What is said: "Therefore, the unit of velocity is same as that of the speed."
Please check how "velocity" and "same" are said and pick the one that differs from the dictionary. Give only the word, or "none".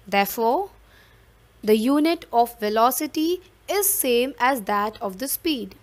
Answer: none